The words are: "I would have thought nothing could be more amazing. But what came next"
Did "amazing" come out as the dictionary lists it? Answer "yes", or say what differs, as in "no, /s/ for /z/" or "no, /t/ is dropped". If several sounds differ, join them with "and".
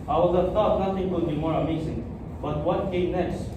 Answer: no, /s/ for /z/